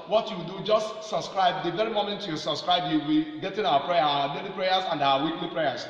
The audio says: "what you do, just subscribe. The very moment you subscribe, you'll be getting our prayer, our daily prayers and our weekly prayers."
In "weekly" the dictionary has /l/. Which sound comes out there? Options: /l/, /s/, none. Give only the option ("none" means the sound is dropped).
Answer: /l/